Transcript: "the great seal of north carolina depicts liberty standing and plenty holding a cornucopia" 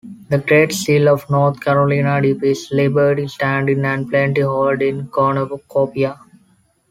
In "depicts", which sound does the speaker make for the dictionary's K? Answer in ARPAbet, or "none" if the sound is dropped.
none